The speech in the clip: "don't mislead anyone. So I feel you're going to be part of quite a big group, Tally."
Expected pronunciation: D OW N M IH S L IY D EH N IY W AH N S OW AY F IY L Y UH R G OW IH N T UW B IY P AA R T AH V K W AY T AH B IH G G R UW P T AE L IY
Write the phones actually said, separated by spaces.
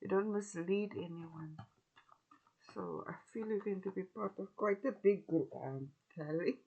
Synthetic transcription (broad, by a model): D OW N M IH S L IY D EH N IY W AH N S OW AY F IY L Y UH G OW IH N T UW B IY P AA T AH V K W AY T AH B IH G G UW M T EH L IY